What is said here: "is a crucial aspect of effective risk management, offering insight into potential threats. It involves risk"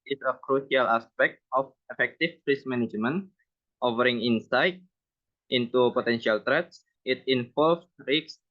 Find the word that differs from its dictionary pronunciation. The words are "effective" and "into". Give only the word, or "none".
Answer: effective